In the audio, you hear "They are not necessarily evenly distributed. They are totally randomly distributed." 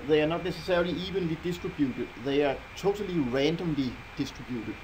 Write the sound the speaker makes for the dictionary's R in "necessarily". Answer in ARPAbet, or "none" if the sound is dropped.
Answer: none